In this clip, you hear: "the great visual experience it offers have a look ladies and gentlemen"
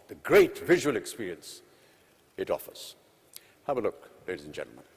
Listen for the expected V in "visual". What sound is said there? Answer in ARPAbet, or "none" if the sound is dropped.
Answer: V